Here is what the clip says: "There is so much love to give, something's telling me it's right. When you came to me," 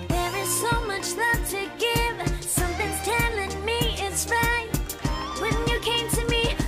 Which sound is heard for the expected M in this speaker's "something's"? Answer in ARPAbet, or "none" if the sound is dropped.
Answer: M